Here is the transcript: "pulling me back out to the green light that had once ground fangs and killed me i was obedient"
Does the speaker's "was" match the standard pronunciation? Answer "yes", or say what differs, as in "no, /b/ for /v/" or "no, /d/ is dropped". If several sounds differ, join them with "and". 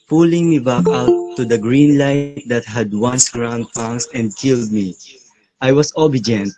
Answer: no, /s/ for /z/